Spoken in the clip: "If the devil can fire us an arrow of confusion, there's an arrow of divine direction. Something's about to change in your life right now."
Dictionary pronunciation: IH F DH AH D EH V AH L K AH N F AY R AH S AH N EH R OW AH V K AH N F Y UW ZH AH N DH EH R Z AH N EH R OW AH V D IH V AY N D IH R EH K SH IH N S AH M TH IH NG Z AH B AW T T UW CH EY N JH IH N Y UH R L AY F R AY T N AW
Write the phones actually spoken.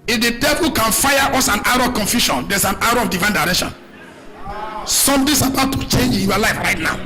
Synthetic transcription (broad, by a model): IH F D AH D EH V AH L K AH N F AY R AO S AH N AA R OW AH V K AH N F Y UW SH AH N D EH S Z AH N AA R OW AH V D IH V AY N D IH R EH K SH IH N S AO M T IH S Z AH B AW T T UW CH EY N JH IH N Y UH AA L AY F R AY T N AW